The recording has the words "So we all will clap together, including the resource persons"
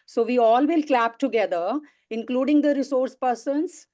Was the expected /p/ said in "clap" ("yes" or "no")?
yes